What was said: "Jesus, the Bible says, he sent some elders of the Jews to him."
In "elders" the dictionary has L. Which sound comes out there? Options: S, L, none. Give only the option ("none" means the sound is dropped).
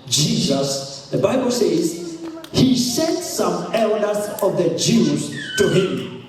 L